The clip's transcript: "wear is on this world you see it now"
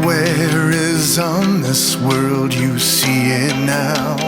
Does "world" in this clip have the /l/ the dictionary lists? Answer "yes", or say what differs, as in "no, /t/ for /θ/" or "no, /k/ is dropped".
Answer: yes